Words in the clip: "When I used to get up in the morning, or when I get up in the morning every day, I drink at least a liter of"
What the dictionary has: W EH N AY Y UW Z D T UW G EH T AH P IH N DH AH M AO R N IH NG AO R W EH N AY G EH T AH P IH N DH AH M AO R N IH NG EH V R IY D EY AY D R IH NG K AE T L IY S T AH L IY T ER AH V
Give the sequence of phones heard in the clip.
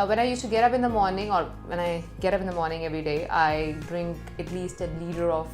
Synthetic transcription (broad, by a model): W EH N AY Y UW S T UW G EH T AH P IH N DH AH M AO R N IH NG AO R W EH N AY G EH T AH P IH N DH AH M AO R N IH NG EH V R IY D EY AY D R IH NG K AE T L IY S T AH L IY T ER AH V